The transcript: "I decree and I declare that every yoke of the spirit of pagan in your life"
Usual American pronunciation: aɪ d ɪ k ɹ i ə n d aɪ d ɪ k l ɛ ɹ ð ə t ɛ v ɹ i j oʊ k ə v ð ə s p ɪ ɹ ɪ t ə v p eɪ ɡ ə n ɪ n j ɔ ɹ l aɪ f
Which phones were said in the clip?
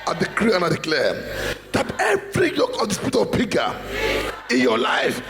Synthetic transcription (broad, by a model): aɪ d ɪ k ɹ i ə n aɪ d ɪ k l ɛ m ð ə t ɛ v ɹ i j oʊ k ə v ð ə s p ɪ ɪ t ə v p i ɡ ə ɪ n j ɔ l aɪ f